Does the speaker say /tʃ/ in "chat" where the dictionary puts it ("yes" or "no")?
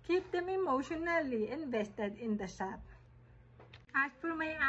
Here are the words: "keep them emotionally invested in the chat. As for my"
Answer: no